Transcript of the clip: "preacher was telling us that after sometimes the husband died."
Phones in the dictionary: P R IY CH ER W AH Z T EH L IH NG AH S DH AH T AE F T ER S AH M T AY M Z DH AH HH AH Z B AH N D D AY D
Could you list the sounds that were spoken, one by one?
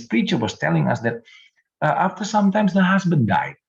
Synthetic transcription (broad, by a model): P R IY CH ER W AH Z T EH L IH NG AH S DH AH T AE F T ER S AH M T AY M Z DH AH HH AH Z B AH N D D AY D